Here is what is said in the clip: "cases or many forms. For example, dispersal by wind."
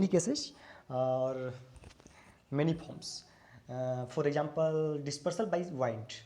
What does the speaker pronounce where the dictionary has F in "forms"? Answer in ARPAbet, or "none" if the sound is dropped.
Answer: P